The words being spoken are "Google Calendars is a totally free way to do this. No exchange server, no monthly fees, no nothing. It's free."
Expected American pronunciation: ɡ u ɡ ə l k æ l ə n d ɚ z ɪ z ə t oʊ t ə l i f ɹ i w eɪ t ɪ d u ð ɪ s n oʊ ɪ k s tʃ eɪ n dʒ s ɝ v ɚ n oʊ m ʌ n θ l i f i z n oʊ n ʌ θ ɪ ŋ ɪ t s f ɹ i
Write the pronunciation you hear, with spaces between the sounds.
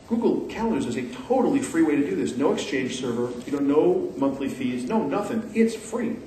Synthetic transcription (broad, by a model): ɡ u ɡ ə l k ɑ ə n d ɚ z ɪ z ə t oʊ t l i f ɹ i w eɪ t ɪ d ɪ ð ɪ s n oʊ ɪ k s tʃ eɪ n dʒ s ɝ v ɚ n oʊ m ʌ n θ l i f i z n oʊ n ʌ θ ɪ ŋ ɪ t s f ɹ i